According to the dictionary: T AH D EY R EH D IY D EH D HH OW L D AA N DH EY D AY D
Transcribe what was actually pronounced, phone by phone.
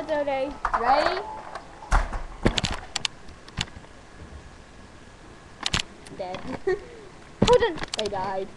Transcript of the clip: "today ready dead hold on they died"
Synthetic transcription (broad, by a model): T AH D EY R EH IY D EH D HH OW D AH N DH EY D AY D